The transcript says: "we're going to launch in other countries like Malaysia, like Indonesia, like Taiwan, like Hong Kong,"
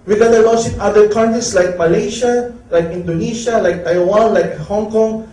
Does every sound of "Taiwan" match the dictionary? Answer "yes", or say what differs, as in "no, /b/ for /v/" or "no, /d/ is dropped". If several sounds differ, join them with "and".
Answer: yes